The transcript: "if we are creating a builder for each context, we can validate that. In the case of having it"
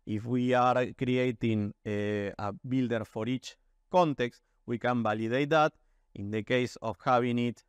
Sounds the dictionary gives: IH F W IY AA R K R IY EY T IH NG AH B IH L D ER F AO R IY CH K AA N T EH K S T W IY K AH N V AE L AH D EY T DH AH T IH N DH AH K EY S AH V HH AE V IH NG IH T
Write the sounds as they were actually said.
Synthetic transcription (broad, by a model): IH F W IY AA R K R IY EY T IH NG AH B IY L D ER F AO R IY CH K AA N T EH K S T W IY K AH N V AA L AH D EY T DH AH T IH N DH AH K EY S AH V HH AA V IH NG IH T